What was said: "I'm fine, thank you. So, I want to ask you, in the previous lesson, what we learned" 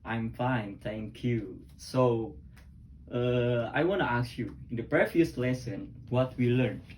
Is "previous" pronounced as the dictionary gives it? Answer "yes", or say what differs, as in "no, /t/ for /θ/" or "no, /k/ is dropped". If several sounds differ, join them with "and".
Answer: no, /f/ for /v/